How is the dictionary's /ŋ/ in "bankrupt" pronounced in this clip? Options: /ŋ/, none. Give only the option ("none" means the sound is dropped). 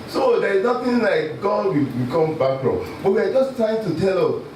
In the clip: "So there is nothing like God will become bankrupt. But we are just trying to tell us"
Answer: none